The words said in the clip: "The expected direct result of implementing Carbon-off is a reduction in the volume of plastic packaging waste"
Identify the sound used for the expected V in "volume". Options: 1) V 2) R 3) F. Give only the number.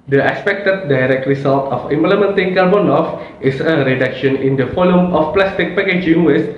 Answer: 3